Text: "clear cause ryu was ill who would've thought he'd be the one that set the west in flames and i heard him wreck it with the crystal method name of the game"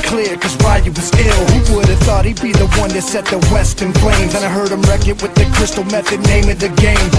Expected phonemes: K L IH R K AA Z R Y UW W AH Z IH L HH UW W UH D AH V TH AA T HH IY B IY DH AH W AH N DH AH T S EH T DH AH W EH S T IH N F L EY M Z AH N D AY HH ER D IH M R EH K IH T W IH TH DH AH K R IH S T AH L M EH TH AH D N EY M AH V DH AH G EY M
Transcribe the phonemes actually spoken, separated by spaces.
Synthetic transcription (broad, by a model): K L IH R K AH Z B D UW W AH Z IH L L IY W UH D AH V TH AA T HH IY B IY DH AH W AH N DH AH T S EH T DH AH W EH S T IH N P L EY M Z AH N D AY HH ER D IH M R EH K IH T W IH DH AH K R IH S T L M EH TH AH D N EY M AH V DH AH G EY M